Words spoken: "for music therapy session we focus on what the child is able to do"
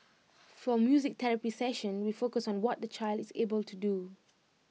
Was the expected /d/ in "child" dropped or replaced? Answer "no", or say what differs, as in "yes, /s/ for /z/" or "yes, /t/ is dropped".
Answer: no